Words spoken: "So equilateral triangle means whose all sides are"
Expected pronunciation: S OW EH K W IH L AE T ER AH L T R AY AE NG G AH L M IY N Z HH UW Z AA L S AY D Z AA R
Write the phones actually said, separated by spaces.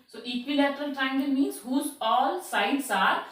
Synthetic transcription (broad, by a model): S OW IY K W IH L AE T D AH L T AY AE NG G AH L M IY N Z HH UW Z AA L S AY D S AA R